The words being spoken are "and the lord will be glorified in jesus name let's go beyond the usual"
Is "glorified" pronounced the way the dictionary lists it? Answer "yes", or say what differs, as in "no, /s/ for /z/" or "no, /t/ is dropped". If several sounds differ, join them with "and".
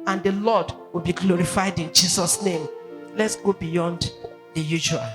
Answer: yes